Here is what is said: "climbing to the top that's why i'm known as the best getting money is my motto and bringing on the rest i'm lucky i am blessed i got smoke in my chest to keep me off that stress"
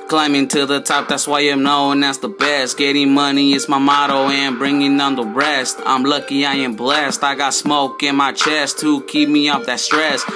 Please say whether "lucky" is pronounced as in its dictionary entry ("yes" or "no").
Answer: yes